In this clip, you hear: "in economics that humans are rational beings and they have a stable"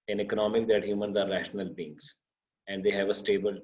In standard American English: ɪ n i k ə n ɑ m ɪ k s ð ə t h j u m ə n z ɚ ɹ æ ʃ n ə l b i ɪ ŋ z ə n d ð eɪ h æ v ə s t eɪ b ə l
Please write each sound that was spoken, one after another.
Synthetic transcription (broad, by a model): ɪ n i k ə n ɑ m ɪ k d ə t h j u m ə n z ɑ ɹ æ ʃ n ə l b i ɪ ŋ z ə n d eɪ h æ v ə s t eɪ b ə l